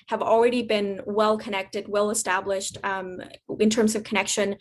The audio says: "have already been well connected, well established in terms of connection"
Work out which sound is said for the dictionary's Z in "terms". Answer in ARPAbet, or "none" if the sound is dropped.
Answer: Z